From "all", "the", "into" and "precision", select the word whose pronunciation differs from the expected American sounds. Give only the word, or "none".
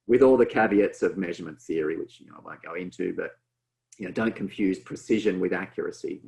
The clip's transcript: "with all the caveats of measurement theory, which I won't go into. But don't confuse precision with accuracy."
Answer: none